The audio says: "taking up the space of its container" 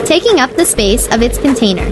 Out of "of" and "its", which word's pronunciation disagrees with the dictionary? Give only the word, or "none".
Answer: none